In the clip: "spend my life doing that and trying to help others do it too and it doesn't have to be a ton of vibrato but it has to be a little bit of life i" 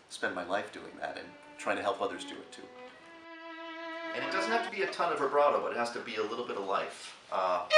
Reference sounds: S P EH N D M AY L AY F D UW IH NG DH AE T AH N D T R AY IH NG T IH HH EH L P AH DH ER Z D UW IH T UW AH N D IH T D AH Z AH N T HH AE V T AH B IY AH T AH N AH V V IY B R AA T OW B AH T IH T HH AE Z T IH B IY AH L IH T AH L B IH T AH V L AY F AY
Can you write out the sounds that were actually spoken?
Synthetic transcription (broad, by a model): S P EH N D M AY L AY F D UW IH NG DH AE T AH N T R AY IH NG T IH HH EH L P AH DH ER Z D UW IH T UW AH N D IH T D AH Z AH N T HH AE F T AH B IY AH T AH N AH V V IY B R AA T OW B AH T IH T HH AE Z T IH B IY AH L IH T L B IH T AH V L AY F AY